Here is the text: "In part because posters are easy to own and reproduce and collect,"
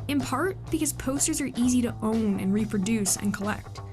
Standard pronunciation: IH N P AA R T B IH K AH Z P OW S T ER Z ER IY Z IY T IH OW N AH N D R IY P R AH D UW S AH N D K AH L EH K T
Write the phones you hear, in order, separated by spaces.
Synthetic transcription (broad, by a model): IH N P AA R T B IH K AH Z P OW S T ER Z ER IY Z IY T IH OW N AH N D R IY P R AH D UW S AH N K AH L EH K T